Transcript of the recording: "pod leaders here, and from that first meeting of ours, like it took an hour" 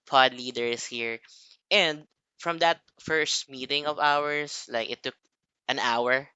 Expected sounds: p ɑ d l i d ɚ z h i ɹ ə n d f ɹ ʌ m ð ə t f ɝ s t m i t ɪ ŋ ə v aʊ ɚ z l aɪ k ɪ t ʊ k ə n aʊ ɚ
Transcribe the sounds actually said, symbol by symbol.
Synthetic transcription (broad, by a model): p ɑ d l i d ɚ s h i ɹ ə n d f ɹ ʌ m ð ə t f ɝ s t m i t ɪ ŋ ə v aʊ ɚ s l aɪ k ɪ t ʊ k ə n aʊ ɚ